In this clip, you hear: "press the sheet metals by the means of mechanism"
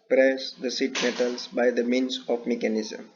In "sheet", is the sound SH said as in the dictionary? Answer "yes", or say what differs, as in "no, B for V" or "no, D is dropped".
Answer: no, S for SH